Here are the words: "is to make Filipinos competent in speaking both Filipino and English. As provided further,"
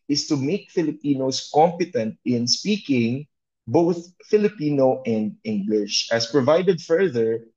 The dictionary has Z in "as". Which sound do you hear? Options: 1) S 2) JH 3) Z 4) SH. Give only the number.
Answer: 1